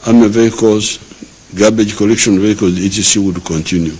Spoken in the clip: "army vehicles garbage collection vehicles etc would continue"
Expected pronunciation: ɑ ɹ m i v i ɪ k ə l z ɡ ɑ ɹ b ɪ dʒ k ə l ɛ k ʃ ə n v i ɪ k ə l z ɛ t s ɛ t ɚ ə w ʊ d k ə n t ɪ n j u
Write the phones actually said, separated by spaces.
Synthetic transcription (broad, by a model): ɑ m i v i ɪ k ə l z ɡ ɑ b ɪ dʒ k ə l ɛ k ʃ ə n v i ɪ k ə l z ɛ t i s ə w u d k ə n t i n j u